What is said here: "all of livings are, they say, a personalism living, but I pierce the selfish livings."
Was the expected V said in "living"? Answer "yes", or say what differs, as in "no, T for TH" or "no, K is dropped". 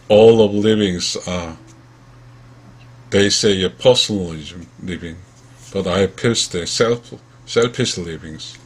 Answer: yes